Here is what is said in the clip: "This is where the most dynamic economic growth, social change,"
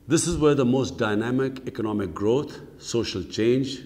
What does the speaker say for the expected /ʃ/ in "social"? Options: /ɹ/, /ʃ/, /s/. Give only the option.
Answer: /ʃ/